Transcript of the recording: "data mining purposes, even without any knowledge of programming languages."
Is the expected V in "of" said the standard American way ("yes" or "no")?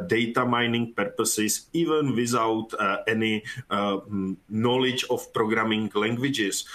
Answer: no